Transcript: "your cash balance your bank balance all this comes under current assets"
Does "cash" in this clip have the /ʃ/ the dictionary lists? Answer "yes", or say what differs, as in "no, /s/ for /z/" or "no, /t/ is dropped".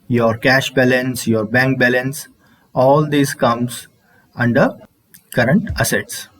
yes